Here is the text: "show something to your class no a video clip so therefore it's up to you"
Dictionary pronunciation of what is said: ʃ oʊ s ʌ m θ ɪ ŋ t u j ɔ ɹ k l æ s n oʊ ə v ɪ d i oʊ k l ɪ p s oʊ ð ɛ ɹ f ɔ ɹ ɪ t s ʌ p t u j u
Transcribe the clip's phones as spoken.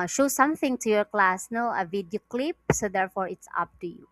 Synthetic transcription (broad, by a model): ʃ oʊ s ʌ m θ ɪ ŋ t u j ɔ ɹ k l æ s n oʊ ə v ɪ d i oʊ k l ɪ p s oʊ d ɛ ɹ f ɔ ɹ ɪ t s ʌ p t u j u